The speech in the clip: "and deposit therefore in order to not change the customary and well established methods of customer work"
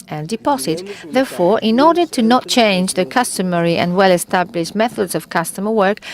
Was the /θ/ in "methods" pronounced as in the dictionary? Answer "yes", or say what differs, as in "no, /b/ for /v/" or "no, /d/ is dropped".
yes